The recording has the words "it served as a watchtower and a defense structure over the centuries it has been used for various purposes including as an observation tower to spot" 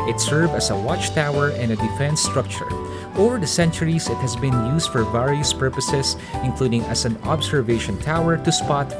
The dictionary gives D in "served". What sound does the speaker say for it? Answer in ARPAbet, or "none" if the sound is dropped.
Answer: none